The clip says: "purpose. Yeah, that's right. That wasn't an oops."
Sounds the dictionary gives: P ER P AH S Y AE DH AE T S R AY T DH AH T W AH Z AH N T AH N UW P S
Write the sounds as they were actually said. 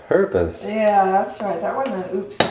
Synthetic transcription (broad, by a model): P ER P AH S Y AE DH AE T S R AY T DH AH T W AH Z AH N AH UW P S